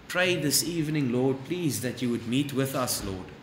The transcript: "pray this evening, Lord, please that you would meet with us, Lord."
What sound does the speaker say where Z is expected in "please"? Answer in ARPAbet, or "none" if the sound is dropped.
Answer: Z